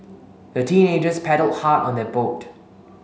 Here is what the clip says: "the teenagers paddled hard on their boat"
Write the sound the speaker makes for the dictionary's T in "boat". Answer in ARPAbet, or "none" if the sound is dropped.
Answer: T